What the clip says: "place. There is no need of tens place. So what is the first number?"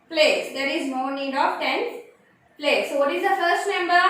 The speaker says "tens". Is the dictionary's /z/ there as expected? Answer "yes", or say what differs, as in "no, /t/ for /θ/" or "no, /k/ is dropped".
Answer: no, /z/ is dropped